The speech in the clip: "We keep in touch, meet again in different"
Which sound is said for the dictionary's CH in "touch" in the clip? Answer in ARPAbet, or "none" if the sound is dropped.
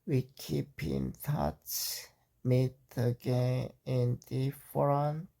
S